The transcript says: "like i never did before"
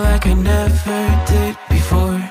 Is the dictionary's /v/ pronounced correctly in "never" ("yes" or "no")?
yes